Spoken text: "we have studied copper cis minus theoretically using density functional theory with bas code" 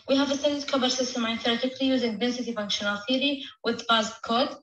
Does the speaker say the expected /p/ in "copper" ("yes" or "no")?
no